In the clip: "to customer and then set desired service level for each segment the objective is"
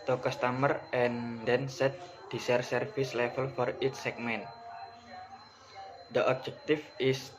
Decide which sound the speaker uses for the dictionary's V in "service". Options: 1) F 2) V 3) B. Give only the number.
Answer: 1